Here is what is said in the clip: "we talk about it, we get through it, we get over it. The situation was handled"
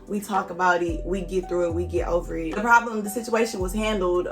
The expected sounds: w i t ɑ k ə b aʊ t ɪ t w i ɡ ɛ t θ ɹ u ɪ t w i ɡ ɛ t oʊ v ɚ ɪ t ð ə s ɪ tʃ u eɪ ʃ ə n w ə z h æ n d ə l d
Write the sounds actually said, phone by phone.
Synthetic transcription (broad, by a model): w i t ɑ k ə b aʊ t ɪ t w i ɡ ɛ t θ ɹ u ɪ t w i ɡ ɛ t oʊ v ɚ ɪ t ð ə s ɪ tʃ u eɪ ʃ ə n w ə z h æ n d l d